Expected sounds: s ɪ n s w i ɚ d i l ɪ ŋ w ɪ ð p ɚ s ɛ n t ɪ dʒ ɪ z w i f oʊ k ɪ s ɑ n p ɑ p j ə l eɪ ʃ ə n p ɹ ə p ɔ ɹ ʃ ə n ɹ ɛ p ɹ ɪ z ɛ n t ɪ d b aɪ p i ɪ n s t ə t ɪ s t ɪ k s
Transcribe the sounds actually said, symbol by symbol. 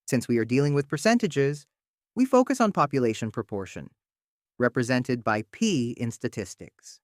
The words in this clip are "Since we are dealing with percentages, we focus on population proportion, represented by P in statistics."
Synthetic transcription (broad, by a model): s ɪ n s w i ɚ d i l ɪ ŋ w ɪ ð p ɚ s ɛ n t ɪ dʒ ɪ z w i f oʊ k ɪ s n p ɑ p j ə l eɪ ʃ ə n p ɹ ə p ɔ ɹ ʃ ə n ɹ ɛ p ɹ ɪ z ɛ n t ɪ d b aɪ p i ɪ n s t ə t ɪ s t ɪ k s